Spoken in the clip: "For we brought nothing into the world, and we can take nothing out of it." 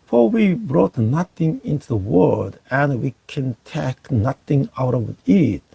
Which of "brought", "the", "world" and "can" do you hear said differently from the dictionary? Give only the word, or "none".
world